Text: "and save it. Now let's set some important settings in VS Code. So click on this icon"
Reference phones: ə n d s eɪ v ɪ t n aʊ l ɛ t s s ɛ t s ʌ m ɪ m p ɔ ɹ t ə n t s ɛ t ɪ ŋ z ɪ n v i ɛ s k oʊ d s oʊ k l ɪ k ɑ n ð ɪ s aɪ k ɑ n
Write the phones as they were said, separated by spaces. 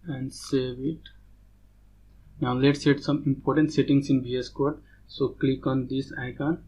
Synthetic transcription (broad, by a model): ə n d s eɪ v ɪ t n aʊ l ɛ t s s ɛ t s ʌ m ɪ m p ɔ ɹ t ə n t s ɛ t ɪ ŋ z ɪ n b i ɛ s k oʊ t s oʊ k l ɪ k ɑ n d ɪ s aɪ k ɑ n